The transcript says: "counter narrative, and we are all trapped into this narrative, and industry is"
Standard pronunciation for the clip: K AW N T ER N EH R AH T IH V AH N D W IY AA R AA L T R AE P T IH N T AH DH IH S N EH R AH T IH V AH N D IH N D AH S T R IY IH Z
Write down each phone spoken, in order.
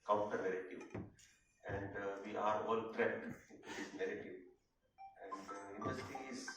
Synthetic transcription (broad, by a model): K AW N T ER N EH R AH T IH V AH N D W IY AA R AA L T R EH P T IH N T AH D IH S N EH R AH T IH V AH N D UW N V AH T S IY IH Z